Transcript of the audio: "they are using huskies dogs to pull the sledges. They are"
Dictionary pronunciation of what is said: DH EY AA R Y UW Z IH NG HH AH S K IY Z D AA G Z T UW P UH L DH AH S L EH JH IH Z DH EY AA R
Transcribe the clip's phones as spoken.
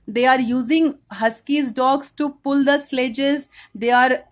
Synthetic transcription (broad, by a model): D EY AA R Y UW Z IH NG HH AH S K IY Z D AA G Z T UW P UH L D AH S L EH JH IH Z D EY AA R